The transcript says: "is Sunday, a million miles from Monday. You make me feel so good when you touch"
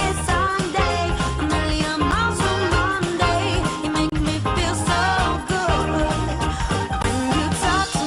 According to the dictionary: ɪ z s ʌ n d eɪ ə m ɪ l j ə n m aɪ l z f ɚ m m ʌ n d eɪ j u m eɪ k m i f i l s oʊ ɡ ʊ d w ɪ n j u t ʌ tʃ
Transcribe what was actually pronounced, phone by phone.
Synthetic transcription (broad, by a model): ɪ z s ʌ n d eɪ ə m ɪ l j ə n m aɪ z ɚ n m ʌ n d eɪ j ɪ m eɪ k m i f i l s oʊ ɡ ʊ d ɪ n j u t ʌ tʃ